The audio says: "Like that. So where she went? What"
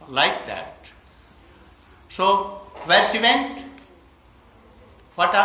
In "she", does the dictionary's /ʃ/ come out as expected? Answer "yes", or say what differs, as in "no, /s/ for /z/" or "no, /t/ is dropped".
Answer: no, /s/ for /ʃ/